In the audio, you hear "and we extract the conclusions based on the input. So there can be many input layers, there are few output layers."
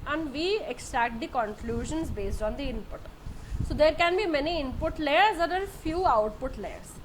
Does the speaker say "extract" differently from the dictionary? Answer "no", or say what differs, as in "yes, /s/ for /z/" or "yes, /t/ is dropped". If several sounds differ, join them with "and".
no